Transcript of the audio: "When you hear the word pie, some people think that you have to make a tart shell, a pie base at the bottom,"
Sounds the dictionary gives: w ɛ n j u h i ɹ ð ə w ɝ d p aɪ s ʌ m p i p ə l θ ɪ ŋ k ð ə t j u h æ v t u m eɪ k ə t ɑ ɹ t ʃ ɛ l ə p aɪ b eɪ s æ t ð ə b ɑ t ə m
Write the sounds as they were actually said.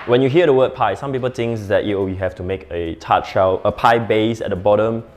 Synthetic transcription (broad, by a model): w ɛ n j u h i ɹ ə w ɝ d p aɪ s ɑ m p i p ə l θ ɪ ŋ k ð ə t j u h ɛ f t u m eɪ k ə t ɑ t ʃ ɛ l ə p aɪ b eɪ s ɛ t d ə b ɑ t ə m